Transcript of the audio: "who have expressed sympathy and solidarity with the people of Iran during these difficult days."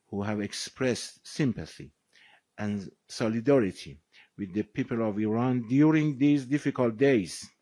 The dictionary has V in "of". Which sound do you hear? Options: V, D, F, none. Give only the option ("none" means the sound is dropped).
V